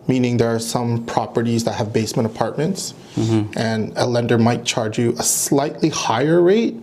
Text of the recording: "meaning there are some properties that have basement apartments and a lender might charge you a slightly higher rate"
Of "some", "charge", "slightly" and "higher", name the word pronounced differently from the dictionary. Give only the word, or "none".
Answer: none